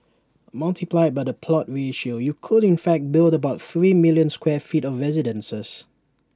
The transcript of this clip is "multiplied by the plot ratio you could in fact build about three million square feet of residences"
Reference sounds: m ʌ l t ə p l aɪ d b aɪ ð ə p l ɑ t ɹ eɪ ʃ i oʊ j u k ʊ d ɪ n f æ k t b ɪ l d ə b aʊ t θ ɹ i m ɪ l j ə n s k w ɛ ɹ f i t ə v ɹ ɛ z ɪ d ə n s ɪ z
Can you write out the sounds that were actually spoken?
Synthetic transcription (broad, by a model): m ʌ l t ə p l aɪ d b aɪ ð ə p l ɑ t ɹ eɪ ʃ i oʊ j u k ʊ d ɪ n f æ k t b ɪ l d ə b aʊ t θ ɹ i m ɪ l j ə n s k w ɛ f i t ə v ɹ ɛ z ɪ d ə n s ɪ s